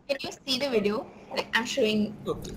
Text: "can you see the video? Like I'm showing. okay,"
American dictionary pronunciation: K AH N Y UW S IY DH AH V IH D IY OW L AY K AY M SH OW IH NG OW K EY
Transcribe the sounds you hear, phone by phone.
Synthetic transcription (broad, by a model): K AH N Y UW S IY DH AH V IH D IY OW L AY K AY M SH OW IH NG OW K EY